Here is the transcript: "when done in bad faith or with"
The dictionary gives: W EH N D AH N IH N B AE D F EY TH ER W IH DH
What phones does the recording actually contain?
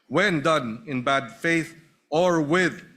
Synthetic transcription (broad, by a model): W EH N D AH N IH N B AE D F EY TH ER W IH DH